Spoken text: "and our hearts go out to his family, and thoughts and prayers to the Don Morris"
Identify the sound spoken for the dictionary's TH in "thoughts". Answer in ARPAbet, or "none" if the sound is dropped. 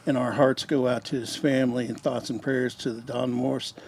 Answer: TH